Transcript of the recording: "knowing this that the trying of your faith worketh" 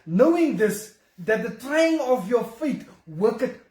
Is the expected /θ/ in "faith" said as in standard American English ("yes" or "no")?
no